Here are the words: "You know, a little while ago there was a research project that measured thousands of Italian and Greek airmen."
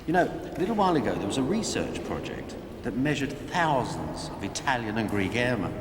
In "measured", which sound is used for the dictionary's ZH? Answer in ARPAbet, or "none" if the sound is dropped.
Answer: ZH